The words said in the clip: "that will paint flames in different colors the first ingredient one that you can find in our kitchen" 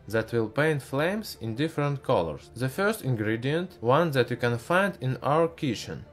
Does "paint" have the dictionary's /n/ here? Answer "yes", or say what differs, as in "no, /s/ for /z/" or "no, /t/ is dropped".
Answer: yes